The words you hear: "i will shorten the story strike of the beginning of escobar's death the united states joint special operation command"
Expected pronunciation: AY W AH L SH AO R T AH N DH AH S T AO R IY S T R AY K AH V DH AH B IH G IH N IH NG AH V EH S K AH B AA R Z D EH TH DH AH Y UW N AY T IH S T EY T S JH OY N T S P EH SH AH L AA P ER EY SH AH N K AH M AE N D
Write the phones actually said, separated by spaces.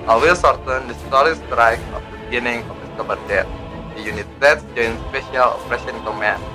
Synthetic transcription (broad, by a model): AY W AH L S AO R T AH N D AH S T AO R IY S T R AY K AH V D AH B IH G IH N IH NG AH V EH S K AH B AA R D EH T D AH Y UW N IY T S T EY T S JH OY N S P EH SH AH L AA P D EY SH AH N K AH M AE N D